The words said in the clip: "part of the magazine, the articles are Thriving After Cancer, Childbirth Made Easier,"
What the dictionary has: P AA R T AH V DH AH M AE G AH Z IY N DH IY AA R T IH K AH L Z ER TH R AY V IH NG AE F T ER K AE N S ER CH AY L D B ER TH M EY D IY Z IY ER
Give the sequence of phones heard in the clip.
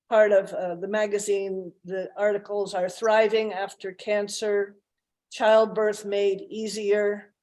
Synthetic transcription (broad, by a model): P AA R T AH V DH AH M AE G AH Z IY N DH IY AA R T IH K L Z ER TH R AY V IH NG AE F T ER K AE N S ER CH AY L D B ER TH M EY D IY Z IY ER